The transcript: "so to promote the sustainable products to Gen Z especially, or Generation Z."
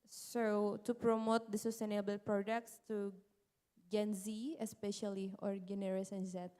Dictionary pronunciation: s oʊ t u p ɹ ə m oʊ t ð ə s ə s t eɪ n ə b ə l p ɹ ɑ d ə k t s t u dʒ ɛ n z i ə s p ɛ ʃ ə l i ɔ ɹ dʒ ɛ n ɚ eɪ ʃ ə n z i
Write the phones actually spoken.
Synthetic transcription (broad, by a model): s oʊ t u p ɹ ə m oʊ t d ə s ə s t eɪ n ə b ə l p ɹ ɑ d ə k t s t u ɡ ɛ n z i ə s p ɛ ʃ ə l i ɔ ɹ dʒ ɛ n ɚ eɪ s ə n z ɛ